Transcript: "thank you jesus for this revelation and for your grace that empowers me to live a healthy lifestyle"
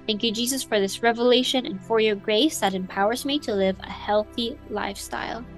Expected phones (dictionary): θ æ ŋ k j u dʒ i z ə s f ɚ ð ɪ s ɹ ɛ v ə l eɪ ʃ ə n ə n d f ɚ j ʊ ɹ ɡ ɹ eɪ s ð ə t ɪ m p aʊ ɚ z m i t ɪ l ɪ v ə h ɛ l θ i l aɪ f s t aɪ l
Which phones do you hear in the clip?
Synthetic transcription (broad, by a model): θ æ ŋ k j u dʒ i z ə s f ɚ ð ɪ s ɹ ɛ v ə l eɪ ʃ ə n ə n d f ɚ j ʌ ɹ ɡ ɹ eɪ s ð ə t ɪ m p aʊ ɚ z m i t ɪ l ɪ v ə h ɛ l θ i l aɪ f s t aɪ l